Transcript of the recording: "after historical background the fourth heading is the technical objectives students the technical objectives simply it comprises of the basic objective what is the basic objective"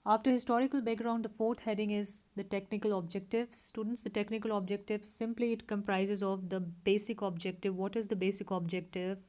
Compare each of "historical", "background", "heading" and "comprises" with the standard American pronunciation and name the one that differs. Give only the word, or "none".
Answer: none